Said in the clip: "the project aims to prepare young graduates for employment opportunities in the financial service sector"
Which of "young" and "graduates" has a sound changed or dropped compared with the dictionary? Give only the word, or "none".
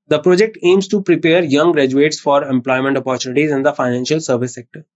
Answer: none